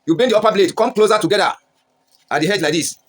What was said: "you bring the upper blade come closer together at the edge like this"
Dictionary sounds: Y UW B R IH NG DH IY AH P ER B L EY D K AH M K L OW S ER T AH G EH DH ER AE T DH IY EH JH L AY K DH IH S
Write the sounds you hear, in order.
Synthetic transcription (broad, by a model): Y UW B IH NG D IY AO P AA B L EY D K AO M K L OW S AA T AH G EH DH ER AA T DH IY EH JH L AY K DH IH S